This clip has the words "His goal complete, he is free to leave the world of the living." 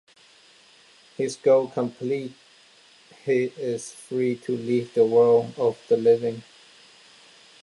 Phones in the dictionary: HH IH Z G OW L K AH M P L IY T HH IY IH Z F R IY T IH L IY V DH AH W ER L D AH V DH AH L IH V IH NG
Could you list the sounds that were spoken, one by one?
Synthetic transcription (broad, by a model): HH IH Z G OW K AH M P L IY T HH IY IH Z F R IY T IH L IY V DH AH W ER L AH V DH AH L IH V IH NG